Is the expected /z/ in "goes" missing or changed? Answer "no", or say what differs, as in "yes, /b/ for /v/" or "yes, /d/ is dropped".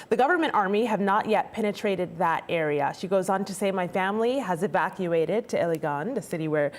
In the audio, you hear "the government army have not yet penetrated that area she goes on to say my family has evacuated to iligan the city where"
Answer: no